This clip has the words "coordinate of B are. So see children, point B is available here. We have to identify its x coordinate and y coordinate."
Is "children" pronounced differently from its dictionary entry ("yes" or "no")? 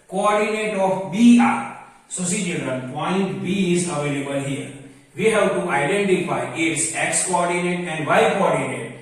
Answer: yes